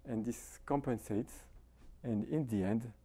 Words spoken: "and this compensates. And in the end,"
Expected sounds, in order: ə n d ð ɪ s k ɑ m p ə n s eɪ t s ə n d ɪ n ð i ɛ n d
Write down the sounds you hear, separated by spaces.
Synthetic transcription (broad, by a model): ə n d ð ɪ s k ɑ m p ə n s eɪ t s ə n d ɪ n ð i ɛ n d